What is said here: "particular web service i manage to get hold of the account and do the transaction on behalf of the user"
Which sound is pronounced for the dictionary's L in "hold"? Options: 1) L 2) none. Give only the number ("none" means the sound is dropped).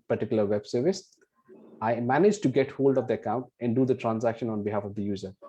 1